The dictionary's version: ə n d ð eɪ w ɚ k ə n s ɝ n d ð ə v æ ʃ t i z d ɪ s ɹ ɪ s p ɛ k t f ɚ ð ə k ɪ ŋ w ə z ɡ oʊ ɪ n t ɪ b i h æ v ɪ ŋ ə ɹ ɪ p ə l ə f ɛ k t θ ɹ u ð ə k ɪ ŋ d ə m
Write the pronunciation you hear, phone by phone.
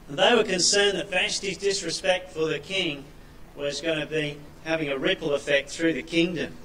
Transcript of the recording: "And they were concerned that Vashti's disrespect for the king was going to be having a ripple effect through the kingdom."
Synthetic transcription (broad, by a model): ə n ð eɪ w ɚ k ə n s ɝ n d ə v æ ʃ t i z d ɪ s ɹ ɪ s p ɛ k t f ɚ ð ə k ɪ ŋ w ə z ɡ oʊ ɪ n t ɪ b i h æ v ɪ ŋ ə ɹ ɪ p l ə f ɛ k t θ ɹ u ð ə k ɪ ŋ d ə m